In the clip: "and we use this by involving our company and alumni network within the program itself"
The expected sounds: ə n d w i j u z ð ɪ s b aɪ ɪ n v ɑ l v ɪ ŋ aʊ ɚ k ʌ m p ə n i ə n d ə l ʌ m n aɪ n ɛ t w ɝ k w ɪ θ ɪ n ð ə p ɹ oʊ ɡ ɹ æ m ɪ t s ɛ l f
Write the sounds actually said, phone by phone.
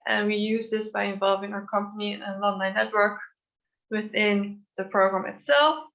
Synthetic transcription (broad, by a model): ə n w i j u z ð ɪ s b aɪ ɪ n v ɑ l v ɪ ŋ aʊ ɚ k ʌ m p ə n i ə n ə n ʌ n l aɪ n ɛ t w ɝ k w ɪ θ ɪ n ð ə p ɹ oʊ ɡ ɹ æ m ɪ t s ɛ l f